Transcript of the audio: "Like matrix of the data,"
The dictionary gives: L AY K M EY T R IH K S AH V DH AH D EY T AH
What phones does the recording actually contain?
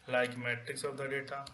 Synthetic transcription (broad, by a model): L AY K M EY T IH K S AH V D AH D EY T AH